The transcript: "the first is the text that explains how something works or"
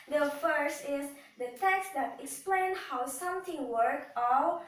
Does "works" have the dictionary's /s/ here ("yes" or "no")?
no